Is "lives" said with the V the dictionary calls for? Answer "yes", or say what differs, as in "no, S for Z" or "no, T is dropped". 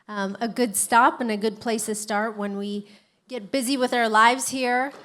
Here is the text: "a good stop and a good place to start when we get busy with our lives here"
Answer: yes